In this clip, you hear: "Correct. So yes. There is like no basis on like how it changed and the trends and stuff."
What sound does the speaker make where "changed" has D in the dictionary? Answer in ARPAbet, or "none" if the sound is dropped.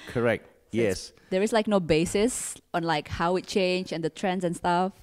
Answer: none